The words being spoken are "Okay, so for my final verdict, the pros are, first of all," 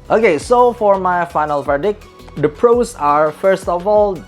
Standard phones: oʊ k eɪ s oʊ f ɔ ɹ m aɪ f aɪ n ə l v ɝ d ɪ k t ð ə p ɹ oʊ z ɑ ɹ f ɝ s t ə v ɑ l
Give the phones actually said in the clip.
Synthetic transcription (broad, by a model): oʊ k eɪ s oʊ f ɔ ɹ m aɪ f aɪ n ə l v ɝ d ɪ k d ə p ɹ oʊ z ɑ ɹ f ɝ s t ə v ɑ l